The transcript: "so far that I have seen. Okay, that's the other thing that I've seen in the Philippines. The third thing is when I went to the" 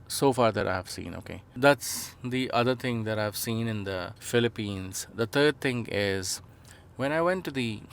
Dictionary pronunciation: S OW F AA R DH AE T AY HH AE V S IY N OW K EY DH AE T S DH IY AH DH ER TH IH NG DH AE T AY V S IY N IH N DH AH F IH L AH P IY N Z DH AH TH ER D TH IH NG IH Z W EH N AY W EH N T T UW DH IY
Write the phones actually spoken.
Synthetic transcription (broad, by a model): S OW F AA R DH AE T AY HH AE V S IY N OW K EY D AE T S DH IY AH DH ER T IH NG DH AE T AY V S IY N IH N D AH F IH L AH P IY N Z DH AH T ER D T IH NG IH Z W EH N AY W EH N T T UW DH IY